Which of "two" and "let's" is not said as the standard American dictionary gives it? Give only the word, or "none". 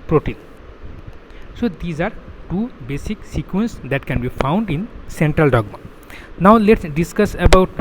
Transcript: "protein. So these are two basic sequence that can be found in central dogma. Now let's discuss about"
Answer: none